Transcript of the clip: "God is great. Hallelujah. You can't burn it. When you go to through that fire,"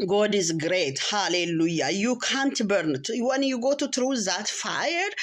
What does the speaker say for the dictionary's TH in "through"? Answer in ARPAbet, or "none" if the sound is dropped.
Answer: T